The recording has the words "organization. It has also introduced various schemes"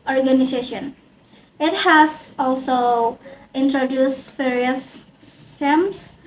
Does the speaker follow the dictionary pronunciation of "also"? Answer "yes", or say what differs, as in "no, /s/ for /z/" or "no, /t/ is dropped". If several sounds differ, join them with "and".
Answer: yes